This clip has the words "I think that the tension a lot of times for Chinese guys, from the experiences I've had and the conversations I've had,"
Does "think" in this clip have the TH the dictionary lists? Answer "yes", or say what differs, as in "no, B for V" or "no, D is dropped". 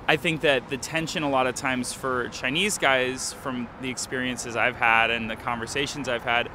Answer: yes